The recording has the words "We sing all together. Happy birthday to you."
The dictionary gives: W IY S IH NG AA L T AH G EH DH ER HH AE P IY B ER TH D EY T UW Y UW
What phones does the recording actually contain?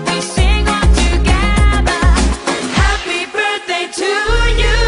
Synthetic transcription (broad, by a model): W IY S IH NG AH N T AH G EH DH ER HH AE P IY B ER TH D EY T UW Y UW